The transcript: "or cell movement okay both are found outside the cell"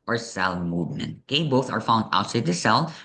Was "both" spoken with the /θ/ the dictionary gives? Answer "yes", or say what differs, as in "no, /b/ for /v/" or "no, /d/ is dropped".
yes